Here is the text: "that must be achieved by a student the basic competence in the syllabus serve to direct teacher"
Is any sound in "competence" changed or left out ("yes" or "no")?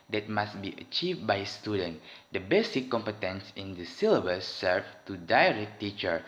no